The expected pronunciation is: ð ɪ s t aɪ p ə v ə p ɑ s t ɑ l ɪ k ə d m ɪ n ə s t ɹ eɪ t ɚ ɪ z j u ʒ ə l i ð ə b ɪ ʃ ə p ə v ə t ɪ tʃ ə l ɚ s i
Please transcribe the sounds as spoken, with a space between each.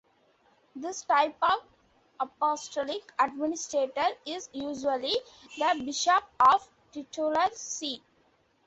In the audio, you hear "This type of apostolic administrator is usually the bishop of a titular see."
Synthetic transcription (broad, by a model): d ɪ s t aɪ p ə v ə p ɑ s t ɑ l ɪ k ə d m ɪ n ə s t ɹ eɪ t ɚ ɪ z j u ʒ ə l i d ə b ɪ ʃ ə p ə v t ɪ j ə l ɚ s i